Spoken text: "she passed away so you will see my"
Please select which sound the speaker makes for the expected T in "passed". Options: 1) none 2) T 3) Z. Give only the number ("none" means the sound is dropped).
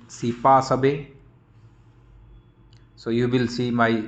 1